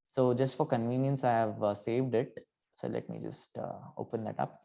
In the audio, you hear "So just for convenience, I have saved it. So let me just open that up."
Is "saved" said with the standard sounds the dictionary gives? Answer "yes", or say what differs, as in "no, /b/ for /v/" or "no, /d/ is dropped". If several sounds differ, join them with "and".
yes